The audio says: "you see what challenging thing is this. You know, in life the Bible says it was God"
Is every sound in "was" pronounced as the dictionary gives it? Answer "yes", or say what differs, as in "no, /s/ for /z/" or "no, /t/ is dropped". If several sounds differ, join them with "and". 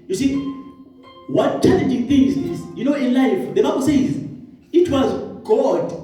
yes